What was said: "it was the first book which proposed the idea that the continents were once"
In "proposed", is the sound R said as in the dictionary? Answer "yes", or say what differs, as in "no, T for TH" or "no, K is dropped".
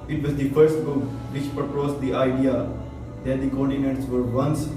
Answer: no, R is dropped